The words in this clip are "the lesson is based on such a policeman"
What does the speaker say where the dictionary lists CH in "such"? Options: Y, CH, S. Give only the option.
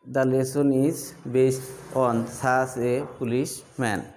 S